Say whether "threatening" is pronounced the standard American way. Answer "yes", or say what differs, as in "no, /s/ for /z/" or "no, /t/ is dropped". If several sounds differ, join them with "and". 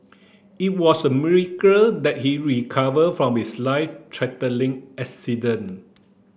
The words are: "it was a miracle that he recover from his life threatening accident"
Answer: no, /t/ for /θ/ and /l/ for /n/